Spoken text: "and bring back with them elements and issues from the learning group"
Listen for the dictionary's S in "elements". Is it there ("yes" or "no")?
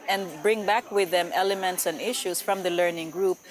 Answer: yes